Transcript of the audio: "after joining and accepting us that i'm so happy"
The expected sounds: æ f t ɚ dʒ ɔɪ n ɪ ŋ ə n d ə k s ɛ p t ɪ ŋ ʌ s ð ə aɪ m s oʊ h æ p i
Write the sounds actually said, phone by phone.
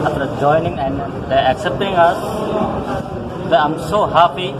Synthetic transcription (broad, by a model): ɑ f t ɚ dʒ ɔɪ n ɪ ŋ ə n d ə k s ɛ p t ɪ ŋ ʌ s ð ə aɪ m s oʊ h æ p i